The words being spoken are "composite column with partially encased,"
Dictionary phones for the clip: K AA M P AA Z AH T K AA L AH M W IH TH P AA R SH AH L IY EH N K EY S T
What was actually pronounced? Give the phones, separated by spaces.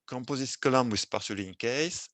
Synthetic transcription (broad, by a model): K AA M P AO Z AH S K AA L AH M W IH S P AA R S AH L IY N K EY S